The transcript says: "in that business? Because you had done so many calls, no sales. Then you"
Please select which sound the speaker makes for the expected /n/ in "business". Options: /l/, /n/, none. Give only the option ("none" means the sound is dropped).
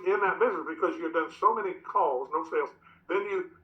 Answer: none